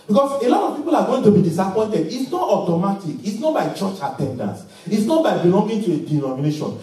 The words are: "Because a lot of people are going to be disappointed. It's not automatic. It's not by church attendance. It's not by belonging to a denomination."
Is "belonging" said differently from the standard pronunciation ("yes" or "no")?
yes